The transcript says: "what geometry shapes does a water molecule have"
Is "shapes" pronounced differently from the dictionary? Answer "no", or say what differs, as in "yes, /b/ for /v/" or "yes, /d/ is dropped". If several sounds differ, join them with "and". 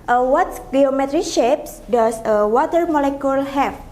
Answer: no